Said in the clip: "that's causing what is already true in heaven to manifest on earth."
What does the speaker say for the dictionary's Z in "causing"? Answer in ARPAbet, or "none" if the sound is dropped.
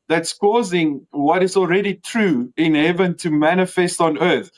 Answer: Z